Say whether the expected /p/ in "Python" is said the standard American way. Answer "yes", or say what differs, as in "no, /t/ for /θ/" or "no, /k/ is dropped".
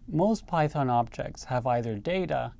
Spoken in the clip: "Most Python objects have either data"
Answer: yes